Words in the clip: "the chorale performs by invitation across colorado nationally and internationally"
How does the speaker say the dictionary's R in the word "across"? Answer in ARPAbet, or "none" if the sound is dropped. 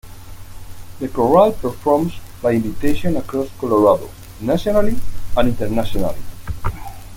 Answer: R